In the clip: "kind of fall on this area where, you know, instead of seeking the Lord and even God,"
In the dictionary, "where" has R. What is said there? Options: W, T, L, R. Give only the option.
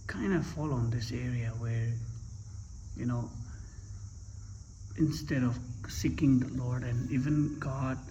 R